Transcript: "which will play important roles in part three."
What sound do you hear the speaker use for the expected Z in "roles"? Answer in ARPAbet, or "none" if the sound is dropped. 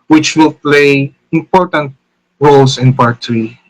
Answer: S